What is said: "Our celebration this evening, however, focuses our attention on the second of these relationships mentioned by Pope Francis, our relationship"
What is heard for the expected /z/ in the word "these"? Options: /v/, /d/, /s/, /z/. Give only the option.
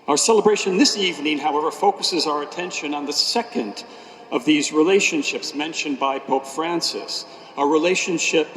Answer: /z/